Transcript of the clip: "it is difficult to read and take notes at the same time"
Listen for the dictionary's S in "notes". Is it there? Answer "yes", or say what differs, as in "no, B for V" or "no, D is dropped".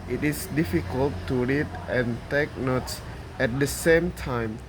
yes